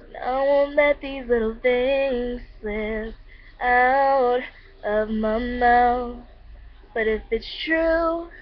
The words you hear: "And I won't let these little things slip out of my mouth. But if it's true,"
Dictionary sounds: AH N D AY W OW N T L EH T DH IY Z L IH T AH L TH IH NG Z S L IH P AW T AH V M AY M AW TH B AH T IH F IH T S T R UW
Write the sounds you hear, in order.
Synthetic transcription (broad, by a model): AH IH W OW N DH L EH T DH IY Z L IH T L TH IH NG Z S IH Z AW T AH V M AY M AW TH B AH T IH F IH T S T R UW